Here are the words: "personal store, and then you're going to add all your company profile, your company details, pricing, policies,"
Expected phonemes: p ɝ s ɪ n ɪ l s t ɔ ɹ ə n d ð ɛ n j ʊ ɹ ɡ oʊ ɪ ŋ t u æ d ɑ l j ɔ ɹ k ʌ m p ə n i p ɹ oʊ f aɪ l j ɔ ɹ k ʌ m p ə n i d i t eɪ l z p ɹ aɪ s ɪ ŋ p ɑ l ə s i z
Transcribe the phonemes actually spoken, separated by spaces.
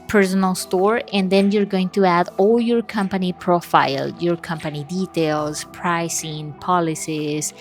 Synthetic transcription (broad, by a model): p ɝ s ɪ n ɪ l s t ɔ ɹ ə n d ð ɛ n j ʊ ɹ ɡ oʊ ɪ ŋ t u æ d ɑ l j ɔ ɹ k ʌ m p ə n i p ɹ oʊ f aɪ l j ɔ ɹ k ʌ m p ə n i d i t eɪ l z p ɹ aɪ s ɪ ŋ p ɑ l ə s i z